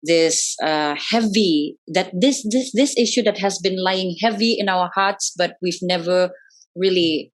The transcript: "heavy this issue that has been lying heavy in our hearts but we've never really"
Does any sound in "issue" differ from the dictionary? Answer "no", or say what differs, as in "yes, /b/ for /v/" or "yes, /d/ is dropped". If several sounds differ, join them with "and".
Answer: no